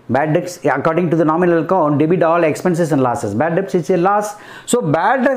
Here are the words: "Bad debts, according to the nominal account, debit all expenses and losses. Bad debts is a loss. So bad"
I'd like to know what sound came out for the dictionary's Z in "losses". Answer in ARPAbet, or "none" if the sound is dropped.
S